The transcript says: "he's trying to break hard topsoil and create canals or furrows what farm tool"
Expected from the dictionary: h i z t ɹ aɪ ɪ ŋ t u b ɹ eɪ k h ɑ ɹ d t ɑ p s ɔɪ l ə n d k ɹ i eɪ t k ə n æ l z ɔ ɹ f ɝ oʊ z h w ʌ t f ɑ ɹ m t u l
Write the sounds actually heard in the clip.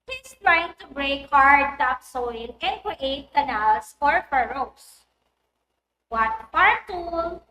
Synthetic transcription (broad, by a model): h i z t ɹ aɪ ɪ ŋ t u b ɹ eɪ k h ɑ ɹ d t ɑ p s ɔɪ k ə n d k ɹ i eɪ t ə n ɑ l s ɔ ɹ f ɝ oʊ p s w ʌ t p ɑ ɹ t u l